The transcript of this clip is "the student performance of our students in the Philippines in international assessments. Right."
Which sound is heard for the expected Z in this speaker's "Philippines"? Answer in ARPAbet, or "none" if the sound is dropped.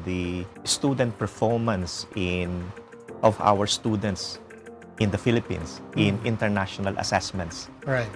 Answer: S